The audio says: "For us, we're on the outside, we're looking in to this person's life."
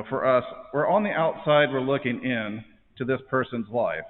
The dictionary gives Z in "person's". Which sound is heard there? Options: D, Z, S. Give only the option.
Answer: Z